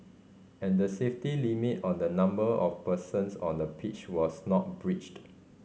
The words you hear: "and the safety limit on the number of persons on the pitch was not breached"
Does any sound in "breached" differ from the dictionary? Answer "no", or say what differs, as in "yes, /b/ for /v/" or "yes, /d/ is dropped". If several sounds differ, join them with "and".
no